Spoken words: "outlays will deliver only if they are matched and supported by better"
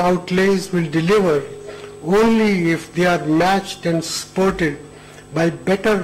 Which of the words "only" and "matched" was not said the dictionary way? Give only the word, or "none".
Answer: none